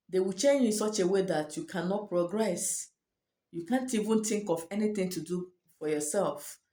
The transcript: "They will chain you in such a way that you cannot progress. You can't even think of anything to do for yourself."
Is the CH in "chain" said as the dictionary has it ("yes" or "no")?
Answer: yes